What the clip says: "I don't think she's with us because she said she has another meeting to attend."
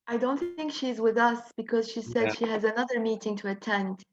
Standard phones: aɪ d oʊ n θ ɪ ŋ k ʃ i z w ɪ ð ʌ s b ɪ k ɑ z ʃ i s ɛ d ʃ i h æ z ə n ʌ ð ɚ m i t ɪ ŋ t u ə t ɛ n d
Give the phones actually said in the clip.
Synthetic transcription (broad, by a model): aɪ d oʊ n θ ɪ ŋ k ʃ i z w ɪ ð ʌ s b ɪ k ɑ z ʃ i s ɛ d ʃ i h æ z ə n ʌ ð ɚ m i t ɪ ŋ t u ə t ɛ n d